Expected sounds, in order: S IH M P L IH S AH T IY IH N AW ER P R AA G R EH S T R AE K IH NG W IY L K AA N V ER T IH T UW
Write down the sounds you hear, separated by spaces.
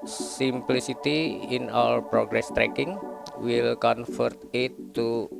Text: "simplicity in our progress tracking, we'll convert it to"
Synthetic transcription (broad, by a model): S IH M P L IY S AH T IY IH N AW ER P R AA G R EH S T R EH K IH NG W IY L K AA N F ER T IH T UW